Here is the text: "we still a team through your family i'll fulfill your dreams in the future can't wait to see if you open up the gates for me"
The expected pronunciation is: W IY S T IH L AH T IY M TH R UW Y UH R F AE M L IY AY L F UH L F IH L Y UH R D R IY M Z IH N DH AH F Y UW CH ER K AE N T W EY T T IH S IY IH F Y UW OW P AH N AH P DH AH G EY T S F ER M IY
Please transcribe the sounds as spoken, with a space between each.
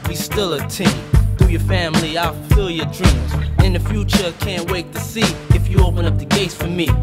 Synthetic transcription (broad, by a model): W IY S T IH L AH T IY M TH UW Y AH R F AE M L IY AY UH F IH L Y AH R D R IY M Z IH N DH AH F Y UW CH ER K AE N T W EY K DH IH S IY IH F Y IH OW P AH N AH P DH AH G EY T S F ER M IY